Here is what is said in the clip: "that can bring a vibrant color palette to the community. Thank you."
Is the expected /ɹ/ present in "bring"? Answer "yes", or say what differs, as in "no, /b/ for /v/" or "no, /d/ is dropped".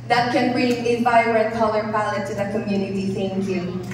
yes